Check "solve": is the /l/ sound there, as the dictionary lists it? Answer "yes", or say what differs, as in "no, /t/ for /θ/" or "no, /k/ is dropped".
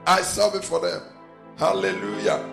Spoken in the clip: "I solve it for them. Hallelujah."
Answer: no, /l/ is dropped